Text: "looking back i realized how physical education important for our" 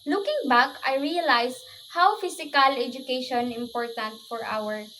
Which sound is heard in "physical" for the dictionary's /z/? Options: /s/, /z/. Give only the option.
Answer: /s/